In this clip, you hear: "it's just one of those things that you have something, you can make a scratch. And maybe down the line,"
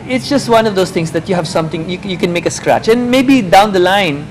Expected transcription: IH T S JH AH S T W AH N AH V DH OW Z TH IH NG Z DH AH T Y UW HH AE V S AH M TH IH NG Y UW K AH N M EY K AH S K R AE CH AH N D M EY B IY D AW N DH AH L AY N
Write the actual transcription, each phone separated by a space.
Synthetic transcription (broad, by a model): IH T S JH AH S T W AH N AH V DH OW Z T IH NG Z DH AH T Y UW HH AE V S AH M T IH NG Y UW K AH N M EY K AH S K R AE CH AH N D M EY B IY D AW N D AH L AY N